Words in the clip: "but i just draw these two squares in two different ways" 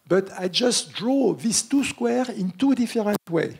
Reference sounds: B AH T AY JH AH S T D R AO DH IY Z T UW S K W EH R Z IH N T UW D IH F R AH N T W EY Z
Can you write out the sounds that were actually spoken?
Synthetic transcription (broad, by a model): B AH T AY JH AH S T D R AO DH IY S T UW S K W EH R IH N T UW D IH F R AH N T W EY